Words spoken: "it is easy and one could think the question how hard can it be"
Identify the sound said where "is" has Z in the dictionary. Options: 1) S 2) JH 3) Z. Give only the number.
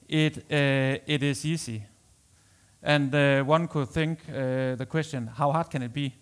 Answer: 1